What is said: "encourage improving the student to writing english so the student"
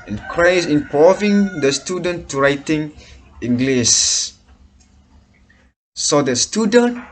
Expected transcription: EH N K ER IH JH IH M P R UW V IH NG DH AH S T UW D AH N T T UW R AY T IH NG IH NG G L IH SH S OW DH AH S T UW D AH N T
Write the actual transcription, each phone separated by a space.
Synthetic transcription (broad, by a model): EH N K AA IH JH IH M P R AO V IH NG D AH S T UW D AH N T T UW R AY T IH NG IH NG G L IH S S OW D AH S T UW D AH N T